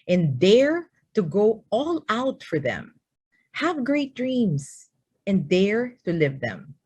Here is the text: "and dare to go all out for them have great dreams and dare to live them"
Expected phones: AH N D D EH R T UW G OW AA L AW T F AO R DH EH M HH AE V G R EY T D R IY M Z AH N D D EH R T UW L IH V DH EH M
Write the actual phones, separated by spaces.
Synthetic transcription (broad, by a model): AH N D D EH R T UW G OW AA L AW T F AO R DH EH M HH AE V G R EY T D R IY M S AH N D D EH R T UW L IH V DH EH M